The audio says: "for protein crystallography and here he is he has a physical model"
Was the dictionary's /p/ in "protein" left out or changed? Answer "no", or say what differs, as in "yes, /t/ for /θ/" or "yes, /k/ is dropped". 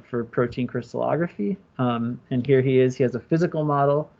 no